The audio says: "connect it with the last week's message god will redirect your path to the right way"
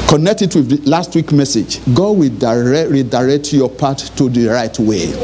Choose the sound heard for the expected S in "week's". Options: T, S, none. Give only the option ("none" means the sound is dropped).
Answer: none